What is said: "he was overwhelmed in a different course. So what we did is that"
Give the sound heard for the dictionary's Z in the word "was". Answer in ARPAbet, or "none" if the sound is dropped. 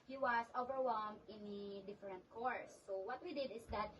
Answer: S